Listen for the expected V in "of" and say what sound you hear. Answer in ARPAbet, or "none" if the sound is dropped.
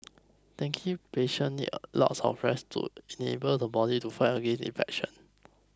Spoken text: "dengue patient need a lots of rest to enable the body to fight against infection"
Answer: P